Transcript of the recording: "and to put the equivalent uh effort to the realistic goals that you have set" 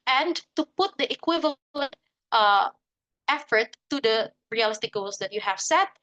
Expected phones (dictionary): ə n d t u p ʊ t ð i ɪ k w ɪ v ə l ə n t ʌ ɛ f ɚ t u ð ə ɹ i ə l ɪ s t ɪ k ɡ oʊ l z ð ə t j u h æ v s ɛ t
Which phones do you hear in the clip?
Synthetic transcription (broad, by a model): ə n t u p ʊ t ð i ɪ k w ɪ v ə l ə n t ʌ ɛ f ɚ t u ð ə ɹ i ə l ɪ s t ɪ k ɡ oʊ l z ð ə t j u h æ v s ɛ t